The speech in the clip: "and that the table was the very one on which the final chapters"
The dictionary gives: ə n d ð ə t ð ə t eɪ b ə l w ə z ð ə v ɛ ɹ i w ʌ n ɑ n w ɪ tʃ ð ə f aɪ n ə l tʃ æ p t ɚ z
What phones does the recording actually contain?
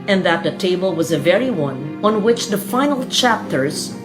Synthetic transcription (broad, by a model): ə n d ð ə t ð ə t eɪ b ə l w ə z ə v ɛ ɹ i w ʌ n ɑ n w ɪ tʃ ð ə f aɪ n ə l tʃ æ p t ɚ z